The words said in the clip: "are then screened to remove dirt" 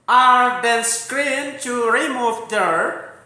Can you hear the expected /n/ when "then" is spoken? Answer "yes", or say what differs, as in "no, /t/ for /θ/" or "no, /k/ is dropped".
no, /l/ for /n/